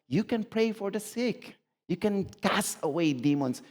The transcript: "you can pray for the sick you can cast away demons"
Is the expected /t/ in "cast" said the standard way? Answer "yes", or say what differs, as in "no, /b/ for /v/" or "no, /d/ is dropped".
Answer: no, /t/ is dropped